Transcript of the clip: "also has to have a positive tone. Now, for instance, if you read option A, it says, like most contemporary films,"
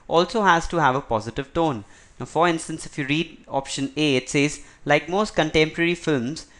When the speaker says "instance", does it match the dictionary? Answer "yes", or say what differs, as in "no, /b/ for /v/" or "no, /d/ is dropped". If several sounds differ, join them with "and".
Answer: yes